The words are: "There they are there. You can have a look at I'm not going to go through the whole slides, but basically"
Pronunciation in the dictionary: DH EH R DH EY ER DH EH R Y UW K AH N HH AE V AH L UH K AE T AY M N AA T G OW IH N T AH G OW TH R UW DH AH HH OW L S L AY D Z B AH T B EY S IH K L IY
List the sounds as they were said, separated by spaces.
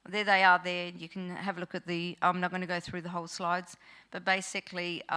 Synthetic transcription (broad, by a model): DH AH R DH EY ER DH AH R Y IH K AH N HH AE V AH L UH K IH T AY M N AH T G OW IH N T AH G OW TH R UW DH AH HH OW L S L AY D Z B AH T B EY S IH K L IY